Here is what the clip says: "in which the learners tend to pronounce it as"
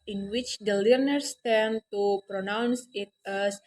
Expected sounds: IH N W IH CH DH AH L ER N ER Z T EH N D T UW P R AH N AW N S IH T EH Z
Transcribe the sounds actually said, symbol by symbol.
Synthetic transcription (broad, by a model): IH N W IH CH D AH L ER N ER S T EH N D T UW P R AH N AW N S IH T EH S